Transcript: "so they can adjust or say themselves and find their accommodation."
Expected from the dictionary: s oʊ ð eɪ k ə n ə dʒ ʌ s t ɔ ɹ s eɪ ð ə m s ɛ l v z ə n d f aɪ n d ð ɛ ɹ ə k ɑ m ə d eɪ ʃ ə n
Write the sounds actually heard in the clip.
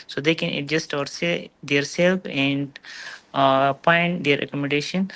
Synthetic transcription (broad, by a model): s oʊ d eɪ k ə n ə dʒ ʌ s t ɔ ɹ s eɪ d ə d s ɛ l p ə n d p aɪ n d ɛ ɹ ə k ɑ m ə d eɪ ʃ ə n